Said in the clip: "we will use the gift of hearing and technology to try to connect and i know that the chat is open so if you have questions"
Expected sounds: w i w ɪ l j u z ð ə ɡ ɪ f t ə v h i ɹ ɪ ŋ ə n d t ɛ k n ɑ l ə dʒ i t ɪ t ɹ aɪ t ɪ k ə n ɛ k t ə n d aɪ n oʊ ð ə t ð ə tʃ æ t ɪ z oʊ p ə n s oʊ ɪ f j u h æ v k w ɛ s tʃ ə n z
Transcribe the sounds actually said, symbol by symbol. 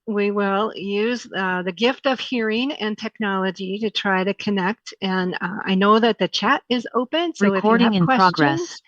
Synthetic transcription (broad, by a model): w i w ɪ l j u z ð ə ɡ ɪ f t ə v h i ɹ ɪ ŋ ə n t ɛ k n ɑ l ə dʒ i t ɪ t ɹ aɪ t ɪ k ə n ɛ k t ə n aɪ n oʊ ð ə t ð ə tʃ æ t ɪ z oʊ p ə n s oʊ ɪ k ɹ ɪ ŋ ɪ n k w ɛ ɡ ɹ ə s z